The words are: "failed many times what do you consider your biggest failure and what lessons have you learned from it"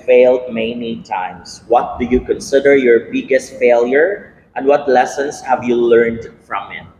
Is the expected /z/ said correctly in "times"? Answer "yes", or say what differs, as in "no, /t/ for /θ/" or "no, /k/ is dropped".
no, /s/ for /z/